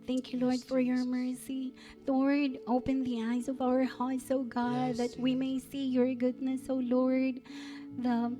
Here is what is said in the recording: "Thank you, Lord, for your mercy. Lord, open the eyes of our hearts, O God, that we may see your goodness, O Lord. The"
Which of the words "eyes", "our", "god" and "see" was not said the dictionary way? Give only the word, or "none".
none